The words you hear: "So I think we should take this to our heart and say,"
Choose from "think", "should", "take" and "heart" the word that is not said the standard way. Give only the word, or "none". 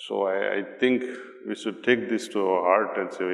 think